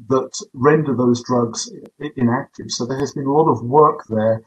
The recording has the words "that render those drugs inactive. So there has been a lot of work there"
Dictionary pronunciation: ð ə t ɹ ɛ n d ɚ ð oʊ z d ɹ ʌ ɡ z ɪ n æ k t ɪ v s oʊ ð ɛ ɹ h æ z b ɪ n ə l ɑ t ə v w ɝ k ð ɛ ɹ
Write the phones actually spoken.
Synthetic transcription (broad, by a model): ð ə t ɹ ɛ n d ɚ ð oʊ z d ɹ ʌ ɡ z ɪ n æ k t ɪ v s oʊ ð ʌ ɹ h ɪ z b ɪ n ə l ɑ t ə v w ɝ k ð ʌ ɹ